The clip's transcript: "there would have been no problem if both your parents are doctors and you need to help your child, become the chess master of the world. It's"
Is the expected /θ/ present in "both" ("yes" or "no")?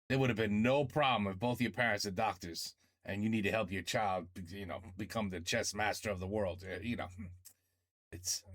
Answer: yes